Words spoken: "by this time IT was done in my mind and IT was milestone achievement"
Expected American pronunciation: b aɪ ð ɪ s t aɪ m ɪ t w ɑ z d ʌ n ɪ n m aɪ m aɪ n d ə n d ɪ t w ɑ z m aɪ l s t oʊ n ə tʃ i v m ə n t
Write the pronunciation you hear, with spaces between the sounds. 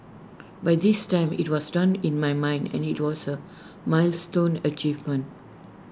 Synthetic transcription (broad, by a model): b aɪ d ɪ s t aɪ m ɪ t w ɑ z d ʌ n ɪ n m aɪ m aɪ n d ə n ɪ t w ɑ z m aɪ l s t oʊ n ə tʃ i v m ə n t